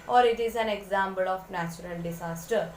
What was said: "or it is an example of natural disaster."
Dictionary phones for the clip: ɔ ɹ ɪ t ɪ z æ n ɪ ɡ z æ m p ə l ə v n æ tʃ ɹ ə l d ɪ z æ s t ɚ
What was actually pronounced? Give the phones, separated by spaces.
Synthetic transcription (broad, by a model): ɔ ɹ ɪ t ɪ z æ n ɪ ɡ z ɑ m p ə l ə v n æ tʃ ɹ ə l d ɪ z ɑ s t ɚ